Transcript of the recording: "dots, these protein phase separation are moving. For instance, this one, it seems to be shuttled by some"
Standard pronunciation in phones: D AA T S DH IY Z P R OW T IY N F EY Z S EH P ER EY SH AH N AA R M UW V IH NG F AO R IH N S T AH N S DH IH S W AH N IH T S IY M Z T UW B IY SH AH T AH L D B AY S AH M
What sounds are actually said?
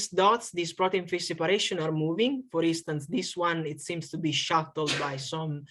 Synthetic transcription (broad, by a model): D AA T S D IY S P R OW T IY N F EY S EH P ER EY SH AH N AA R M UW V IH NG F AO R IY N S T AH N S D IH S W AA N IH T S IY M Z T UW B IY SH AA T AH L D B AY S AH M